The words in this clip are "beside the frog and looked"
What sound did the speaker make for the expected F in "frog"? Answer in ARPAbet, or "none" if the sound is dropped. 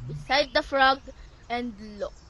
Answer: F